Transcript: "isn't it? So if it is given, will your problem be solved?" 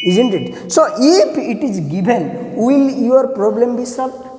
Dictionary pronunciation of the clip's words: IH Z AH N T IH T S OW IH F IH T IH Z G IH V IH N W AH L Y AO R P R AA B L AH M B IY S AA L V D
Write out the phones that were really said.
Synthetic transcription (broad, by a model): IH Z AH N T IH T S OW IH P IH T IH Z G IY B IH N W AH L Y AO R P R AA B L AH M B IY S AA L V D